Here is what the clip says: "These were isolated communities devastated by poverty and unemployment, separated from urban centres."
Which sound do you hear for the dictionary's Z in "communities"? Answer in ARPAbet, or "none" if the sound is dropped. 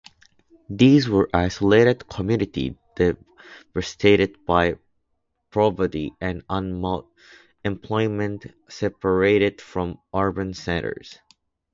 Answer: none